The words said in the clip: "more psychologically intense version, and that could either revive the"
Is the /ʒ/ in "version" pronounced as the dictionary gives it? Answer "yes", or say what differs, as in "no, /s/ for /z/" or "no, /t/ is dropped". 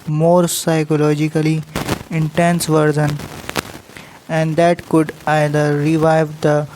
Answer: no, /z/ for /ʒ/